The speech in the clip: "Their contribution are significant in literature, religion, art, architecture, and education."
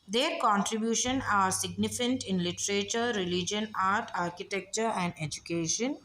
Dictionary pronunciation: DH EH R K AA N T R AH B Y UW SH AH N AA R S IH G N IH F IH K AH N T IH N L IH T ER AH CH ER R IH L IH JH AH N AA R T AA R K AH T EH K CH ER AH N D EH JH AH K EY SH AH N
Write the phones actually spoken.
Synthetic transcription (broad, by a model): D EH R K AA N T R AH B Y UW SH AH N AA R S IH G N IH F IH K AH N T IH N L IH T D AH CH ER R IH L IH JH AH N AA R T AA R K AH T EH K CH ER AH N D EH JH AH K EY SH AH N